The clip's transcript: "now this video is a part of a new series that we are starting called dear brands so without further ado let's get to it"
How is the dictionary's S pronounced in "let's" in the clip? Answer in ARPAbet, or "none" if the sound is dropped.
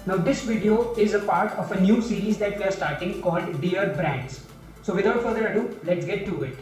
S